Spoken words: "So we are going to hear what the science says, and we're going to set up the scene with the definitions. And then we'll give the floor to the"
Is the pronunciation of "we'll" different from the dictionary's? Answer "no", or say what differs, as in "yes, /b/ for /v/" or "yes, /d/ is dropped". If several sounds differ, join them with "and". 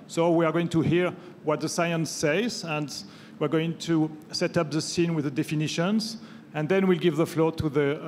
no